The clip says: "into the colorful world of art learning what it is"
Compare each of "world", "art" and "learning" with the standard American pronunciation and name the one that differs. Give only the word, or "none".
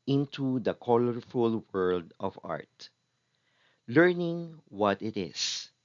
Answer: none